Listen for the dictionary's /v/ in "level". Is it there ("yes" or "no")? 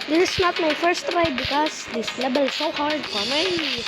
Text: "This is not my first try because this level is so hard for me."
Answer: no